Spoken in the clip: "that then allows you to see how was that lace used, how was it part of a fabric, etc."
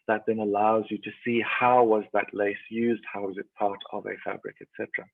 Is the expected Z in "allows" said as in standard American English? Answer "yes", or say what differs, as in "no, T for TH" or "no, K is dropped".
yes